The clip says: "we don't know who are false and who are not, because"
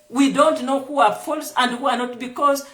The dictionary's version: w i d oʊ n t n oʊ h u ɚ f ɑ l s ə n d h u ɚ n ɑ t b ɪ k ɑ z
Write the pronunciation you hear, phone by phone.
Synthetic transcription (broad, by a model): w i d oʊ n t n oʊ h u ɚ f ɑ l s ə n d h u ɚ n ɑ t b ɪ k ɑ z